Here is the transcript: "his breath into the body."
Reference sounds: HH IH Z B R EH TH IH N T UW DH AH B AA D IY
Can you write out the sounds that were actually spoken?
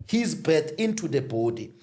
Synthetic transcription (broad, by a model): HH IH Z B EH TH IH N T UW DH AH B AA D IY